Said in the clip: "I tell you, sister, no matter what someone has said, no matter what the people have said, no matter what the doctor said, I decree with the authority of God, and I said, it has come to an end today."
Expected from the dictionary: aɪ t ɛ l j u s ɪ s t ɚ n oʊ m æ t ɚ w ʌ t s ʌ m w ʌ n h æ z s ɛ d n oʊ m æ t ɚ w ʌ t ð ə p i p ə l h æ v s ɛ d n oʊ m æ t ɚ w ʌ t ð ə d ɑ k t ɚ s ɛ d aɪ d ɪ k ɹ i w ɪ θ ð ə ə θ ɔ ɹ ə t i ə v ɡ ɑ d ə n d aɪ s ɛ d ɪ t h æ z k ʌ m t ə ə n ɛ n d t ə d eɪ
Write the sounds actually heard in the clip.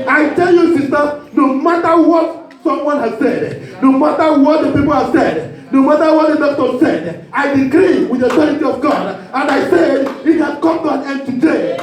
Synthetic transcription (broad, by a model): aɪ t ɛ l j u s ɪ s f n oʊ m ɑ t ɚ w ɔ t s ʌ m w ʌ n h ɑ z s ɛ d n oʊ m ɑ t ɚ w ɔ t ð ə p i p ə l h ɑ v s ɛ d n oʊ m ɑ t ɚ w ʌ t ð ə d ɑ t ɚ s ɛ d aɪ d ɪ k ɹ i w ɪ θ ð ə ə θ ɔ ɹ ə t i ə v ɡ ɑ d ə n d aɪ s ɛ d ɪ t h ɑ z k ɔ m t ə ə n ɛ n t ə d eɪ